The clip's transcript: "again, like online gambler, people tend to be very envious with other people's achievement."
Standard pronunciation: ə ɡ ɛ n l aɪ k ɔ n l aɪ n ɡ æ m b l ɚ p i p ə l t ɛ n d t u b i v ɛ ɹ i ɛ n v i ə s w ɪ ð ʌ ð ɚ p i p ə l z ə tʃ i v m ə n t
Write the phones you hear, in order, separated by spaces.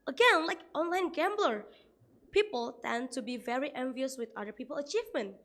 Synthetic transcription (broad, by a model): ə ɡ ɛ n l aɪ k ɔ n l aɪ n ɡ æ m b l ɚ p i p ə l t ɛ n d t u b i v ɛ ɹ i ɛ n v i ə s w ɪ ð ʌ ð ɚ p i p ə l ə tʃ i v m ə n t